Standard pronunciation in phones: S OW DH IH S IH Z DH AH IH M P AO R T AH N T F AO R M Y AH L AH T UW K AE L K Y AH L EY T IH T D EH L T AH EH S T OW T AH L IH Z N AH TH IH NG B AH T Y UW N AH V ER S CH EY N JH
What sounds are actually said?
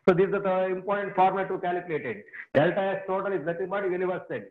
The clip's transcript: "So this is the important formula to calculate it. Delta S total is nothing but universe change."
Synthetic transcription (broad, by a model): S OW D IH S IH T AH IH M P AO R T AH N T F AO R M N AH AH T UW K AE L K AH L EY T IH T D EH L T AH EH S T OW T AH L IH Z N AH T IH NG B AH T Y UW N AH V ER S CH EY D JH